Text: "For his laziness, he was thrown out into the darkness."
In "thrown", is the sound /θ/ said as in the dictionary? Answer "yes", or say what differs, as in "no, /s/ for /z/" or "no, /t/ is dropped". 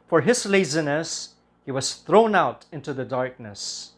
yes